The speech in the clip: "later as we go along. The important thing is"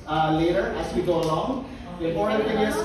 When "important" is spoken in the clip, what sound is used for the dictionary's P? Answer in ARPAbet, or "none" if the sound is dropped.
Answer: none